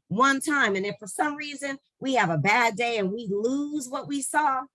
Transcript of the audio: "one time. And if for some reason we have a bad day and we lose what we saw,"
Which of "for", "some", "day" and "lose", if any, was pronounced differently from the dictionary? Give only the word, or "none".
none